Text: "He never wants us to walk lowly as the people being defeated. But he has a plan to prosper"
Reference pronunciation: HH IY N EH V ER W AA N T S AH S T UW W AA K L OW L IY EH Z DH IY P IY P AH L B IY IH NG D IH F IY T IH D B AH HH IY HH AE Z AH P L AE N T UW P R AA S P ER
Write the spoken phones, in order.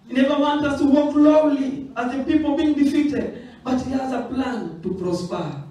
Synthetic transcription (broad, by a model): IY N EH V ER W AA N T AH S T UW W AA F L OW L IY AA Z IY P IY P AH L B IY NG D IH F IY T IH D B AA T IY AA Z AH P L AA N T UW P R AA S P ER